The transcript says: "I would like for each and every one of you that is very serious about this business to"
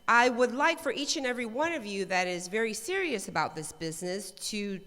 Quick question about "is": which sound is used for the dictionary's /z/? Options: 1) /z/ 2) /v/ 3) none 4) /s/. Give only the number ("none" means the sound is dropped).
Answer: 1